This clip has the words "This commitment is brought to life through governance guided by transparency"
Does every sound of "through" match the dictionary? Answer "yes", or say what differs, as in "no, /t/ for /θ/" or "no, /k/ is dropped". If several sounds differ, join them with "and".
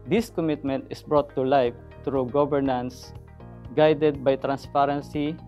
no, /t/ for /θ/